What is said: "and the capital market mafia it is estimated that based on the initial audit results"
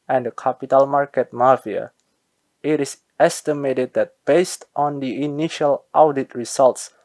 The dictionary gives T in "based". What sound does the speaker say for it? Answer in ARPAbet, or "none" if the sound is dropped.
T